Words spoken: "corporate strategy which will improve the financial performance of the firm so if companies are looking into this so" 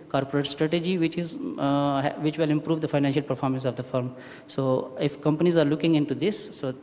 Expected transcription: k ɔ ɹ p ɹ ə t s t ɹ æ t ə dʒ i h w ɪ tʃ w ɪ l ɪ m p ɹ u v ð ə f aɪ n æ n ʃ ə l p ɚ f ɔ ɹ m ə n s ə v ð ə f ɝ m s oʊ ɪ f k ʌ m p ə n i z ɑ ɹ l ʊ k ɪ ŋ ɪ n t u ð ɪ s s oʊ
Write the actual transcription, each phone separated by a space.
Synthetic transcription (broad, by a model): k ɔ ɹ p ɹ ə t s t ɹ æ t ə dʒ i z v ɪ tʃ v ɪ l ɪ m p ɹ u v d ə f aɪ n æ n ʃ ə l p ɚ f ɔ ɹ m ə n s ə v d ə f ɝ m s oʊ ɪ f k ʌ m p ə n i z ɑ ɹ l ʊ k ɪ ŋ ɪ n t u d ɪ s s oʊ